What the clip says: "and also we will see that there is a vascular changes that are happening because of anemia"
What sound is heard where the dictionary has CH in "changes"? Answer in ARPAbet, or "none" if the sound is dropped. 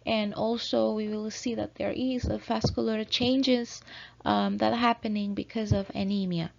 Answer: CH